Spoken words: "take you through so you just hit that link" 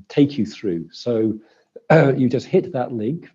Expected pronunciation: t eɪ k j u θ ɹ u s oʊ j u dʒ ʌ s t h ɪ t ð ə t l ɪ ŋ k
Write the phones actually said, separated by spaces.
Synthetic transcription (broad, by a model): t eɪ k j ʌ θ ɹ u s oʊ j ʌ dʒ ʌ s t h ɪ t ð ə t l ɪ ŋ k